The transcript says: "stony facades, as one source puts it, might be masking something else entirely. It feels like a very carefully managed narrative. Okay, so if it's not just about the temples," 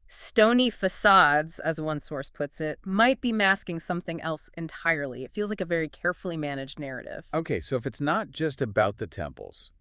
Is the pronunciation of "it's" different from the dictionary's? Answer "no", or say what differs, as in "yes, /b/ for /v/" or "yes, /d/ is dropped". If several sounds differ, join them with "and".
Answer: no